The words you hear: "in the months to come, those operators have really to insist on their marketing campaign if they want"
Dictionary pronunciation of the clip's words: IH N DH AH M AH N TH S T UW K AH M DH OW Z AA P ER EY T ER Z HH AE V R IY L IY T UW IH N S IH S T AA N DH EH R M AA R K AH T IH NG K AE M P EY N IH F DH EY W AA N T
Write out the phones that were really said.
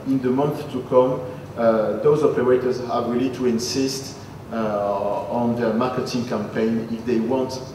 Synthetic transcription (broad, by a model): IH N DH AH M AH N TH T UW K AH M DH OW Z AA P ER EY T ER Z HH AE V R IY L IY T UW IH N S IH S T AA N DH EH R M AA R K AH T IH NG K AE M P EY N IH F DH EY W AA N T